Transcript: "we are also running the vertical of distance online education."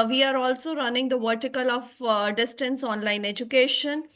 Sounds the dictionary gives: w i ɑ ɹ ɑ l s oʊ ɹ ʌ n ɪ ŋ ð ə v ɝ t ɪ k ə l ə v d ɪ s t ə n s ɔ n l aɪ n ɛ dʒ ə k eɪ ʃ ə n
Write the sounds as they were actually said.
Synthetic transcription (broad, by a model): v i ɑ ɹ ɑ l s oʊ ɹ ʌ n ɪ ŋ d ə v ɝ t ɪ k ə l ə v d ɪ s t ə n s ɔ n l aɪ n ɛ dʒ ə k eɪ ʃ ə n